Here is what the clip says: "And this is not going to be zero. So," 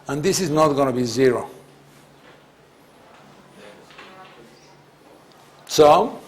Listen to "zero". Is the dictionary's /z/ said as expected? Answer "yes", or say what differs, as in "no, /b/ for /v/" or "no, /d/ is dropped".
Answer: yes